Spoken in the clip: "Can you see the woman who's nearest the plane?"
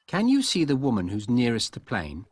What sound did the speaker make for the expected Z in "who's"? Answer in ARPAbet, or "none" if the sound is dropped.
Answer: Z